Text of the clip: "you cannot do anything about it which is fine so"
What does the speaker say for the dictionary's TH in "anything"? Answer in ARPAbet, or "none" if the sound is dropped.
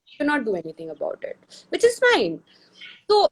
T